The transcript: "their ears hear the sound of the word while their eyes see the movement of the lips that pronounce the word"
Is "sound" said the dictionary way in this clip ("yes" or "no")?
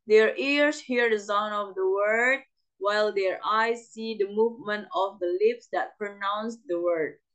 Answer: no